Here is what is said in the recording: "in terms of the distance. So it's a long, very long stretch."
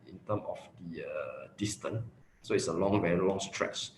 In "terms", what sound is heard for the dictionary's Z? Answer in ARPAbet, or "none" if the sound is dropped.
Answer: none